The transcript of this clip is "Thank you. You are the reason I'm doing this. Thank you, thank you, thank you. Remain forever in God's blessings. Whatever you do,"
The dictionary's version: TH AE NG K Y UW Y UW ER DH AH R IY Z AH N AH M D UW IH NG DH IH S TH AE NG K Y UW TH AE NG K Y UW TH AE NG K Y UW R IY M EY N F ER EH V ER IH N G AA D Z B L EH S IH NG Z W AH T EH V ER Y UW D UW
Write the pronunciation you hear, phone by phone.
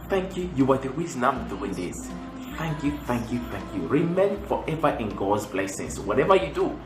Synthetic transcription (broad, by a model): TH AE NG K Y UW Y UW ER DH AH W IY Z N AH M D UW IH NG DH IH S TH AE NG K Y UW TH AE NG K Y UW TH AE NG K Y UW R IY M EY N F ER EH V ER IH N G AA D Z B L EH S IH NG S W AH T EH V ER Y UW D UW